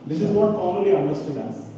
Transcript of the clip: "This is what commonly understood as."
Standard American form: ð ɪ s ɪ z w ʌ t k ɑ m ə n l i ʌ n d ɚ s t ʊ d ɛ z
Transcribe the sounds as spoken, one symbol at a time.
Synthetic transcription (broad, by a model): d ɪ s ɪ z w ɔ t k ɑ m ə l i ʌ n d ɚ s t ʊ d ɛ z